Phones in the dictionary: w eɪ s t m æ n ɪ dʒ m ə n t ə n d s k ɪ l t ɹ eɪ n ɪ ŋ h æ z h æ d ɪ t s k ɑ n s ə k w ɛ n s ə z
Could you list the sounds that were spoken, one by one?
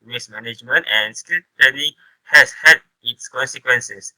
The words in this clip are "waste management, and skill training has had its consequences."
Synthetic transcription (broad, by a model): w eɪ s m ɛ n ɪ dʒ m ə n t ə n s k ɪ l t eɪ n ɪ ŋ h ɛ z h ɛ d ɪ t s k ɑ n s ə k w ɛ n s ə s